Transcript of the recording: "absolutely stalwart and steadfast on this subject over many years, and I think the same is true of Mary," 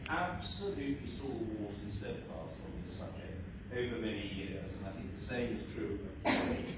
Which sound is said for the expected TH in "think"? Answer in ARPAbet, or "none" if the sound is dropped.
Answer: TH